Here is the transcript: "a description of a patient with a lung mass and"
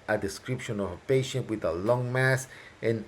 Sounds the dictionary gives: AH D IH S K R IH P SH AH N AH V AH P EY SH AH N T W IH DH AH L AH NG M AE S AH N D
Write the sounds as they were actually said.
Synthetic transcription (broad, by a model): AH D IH S K R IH P SH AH N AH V AH P EY SH AH N T W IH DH AH L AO NG M AE S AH N